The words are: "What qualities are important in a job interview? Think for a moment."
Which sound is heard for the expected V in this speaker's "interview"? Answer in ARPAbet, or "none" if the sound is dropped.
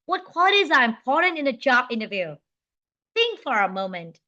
V